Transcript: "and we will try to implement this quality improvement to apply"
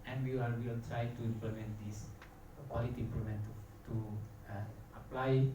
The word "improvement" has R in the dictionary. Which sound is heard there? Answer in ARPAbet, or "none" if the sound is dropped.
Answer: L